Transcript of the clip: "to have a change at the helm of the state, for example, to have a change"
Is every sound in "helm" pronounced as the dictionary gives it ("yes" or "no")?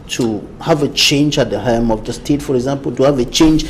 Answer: no